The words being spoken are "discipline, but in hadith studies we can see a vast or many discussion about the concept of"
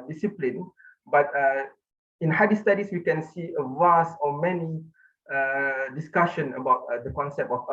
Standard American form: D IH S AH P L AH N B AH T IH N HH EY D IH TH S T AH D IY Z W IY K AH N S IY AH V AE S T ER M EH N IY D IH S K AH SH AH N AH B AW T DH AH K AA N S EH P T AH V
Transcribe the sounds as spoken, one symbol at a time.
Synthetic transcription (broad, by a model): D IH S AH P L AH N B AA T IH N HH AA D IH S T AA D IY S W IY K AH N S IY AH V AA S T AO M EH N IY D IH S K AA SH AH N AH B AW T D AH K AA N S EH P T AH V